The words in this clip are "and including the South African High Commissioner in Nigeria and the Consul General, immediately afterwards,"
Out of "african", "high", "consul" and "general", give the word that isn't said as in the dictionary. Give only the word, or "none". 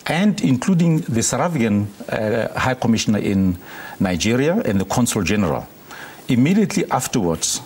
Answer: african